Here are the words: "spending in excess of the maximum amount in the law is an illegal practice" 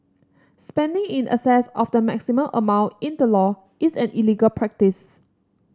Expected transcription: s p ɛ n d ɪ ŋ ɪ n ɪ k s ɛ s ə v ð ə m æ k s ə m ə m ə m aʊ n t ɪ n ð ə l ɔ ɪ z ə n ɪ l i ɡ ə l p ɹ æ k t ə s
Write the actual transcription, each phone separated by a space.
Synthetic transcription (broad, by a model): s p ɛ n d ɪ ŋ ɪ n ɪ s ɛ s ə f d ə m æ k s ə m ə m ə m aʊ n t ɪ n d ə l ɔ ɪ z ə n ɪ l i ɡ ə l p ɹ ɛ k t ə s